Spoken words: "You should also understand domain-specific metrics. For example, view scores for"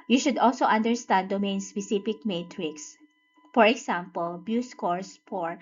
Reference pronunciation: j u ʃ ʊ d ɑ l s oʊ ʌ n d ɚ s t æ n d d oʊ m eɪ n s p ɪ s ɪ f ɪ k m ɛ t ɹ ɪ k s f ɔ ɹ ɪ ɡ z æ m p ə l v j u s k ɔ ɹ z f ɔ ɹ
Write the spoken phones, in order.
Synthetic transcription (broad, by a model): j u ʃ ʊ d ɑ l s oʊ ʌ n d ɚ s t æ n d d oʊ m eɪ n s p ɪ s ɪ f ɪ k m ɛ t ɹ ɪ k s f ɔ ɹ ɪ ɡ s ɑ m p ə l b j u s k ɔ ɹ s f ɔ ɹ